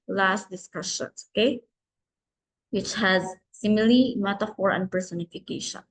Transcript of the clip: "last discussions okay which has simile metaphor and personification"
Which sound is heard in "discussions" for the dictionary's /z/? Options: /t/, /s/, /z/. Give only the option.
/s/